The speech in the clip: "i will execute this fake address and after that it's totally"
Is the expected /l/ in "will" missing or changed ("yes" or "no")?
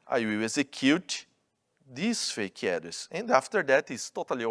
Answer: yes